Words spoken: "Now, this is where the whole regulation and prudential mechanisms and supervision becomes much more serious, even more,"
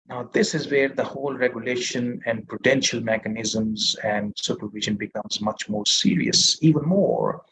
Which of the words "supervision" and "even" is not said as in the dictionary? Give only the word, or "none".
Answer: none